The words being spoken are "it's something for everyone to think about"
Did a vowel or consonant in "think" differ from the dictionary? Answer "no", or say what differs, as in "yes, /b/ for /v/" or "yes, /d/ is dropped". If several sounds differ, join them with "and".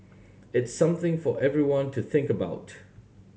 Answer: no